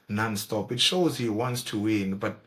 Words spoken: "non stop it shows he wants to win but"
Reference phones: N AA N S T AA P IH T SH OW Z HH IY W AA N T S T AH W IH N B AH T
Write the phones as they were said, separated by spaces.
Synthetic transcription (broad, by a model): N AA N S T AA P IH T SH OW Z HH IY W AA N T S T AH W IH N B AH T